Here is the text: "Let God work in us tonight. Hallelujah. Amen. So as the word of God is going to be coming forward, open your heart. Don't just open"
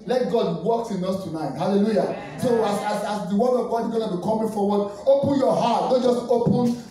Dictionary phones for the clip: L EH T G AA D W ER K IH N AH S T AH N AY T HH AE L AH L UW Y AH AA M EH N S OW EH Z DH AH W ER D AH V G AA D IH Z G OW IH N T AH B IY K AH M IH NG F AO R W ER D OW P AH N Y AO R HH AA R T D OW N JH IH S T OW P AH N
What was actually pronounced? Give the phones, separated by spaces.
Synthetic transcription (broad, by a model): L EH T G AA D W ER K IH N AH S T AH N AY T HH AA L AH L UW Y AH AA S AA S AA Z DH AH W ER AH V G AA D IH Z G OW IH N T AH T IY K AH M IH F AO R W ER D OW P AH N Y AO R HH AA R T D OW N JH IH S T OW P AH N